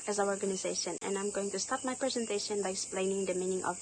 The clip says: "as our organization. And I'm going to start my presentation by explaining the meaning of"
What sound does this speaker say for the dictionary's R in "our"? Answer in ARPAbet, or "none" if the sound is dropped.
W